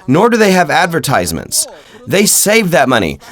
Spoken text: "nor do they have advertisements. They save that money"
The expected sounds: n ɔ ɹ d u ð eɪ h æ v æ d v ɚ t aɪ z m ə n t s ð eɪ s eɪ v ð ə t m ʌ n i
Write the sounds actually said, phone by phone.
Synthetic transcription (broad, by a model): n ɔ ɹ d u ð eɪ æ v æ d v ɚ t aɪ z m ə n t s ð eɪ s eɪ v ð ə t m ʌ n i